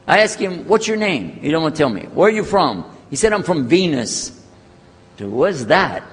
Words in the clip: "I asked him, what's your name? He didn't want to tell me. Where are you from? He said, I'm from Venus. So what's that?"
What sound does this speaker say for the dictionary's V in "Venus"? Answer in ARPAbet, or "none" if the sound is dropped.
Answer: V